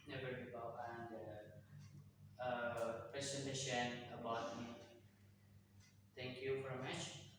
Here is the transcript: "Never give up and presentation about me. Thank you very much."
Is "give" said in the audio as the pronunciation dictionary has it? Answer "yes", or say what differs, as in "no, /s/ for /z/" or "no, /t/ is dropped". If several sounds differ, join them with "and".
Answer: no, /b/ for /v/